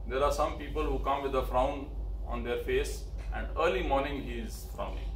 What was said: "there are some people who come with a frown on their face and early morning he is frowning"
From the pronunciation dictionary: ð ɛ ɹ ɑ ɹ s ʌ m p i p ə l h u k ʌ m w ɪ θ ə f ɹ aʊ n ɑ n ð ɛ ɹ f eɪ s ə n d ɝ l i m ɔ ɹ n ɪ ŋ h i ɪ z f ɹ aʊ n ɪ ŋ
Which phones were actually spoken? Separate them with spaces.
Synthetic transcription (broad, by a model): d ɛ ɹ ɑ ɹ s ʌ m p i p ə l h u k ʌ m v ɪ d ə f ɹ aʊ n ɑ n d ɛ ɹ f eɪ s ə n d ɝ l i m ɔ ɹ n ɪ ŋ h i ɪ z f ɹ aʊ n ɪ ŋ